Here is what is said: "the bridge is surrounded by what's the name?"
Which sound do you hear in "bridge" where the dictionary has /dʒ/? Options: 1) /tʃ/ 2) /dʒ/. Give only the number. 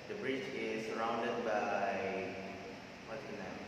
1